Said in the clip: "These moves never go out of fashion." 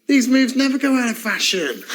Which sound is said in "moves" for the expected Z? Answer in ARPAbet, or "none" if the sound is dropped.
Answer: Z